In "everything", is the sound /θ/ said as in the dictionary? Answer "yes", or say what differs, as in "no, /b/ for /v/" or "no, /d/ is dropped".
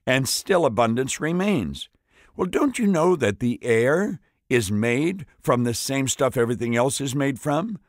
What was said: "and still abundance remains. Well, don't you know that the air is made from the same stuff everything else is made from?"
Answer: yes